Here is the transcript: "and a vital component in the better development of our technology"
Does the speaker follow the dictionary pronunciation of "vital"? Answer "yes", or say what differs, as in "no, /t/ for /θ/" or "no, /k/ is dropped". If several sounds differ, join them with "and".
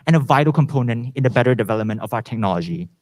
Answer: yes